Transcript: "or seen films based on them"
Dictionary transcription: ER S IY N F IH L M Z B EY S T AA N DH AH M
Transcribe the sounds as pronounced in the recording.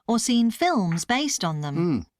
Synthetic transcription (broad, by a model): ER S IY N F IH L M Z B EY S T N DH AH M